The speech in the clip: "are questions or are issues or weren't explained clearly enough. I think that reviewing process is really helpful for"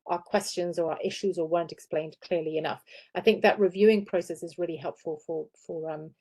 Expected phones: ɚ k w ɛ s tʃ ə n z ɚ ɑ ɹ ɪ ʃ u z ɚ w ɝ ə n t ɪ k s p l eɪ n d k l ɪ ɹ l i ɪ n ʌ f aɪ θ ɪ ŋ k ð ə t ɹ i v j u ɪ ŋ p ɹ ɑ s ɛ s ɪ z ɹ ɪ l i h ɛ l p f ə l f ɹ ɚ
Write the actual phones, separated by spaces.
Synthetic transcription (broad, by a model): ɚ k w ɛ s tʃ ə n z ɚ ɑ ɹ ɪ ʃ u z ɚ w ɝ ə n t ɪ k s p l eɪ n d k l ɪ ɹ l i ɪ n ʌ f aɪ θ ɪ ŋ k ð ə t ɹ i v j u ɪ ŋ p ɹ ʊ s ɛ s ɪ z ɹ ɪ l i h ɛ l p f ə l f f ɚ